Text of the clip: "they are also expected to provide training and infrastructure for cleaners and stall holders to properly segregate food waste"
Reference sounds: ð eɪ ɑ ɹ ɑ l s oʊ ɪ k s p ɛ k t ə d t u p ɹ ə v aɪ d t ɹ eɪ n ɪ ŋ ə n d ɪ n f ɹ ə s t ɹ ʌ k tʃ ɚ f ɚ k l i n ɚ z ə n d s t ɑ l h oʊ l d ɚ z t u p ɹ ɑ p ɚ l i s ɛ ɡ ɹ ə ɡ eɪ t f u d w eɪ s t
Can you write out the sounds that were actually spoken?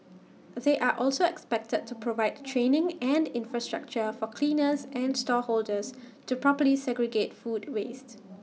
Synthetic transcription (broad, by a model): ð eɪ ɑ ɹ ɑ l s oʊ ɪ k s p ɛ k t ə d t u p ɹ ə v aɪ d t ɹ eɪ n ɪ ŋ ə n d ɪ n f ɹ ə s t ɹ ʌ k tʃ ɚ f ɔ k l i n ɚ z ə n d s t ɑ h oʊ l d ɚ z t u p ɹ ɑ p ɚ l i s ɛ ɡ ɹ ə ɡ eɪ t f u d w eɪ s t